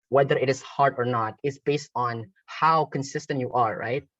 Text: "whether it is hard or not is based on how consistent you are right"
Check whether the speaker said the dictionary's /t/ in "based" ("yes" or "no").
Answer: yes